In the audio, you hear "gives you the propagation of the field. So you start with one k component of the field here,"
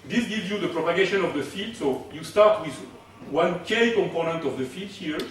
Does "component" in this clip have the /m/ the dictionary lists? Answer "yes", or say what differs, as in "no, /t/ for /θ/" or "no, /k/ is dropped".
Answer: yes